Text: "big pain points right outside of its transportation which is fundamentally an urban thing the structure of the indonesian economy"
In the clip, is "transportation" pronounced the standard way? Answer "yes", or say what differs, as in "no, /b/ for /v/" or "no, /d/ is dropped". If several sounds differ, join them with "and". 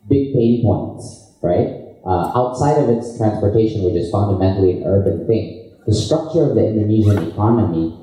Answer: yes